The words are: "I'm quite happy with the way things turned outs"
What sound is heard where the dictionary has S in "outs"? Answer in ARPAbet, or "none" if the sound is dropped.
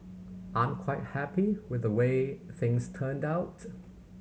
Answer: none